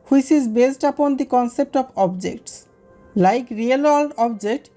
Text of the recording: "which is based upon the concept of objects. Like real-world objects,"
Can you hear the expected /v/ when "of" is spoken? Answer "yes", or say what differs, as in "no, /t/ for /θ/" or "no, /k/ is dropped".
no, /b/ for /v/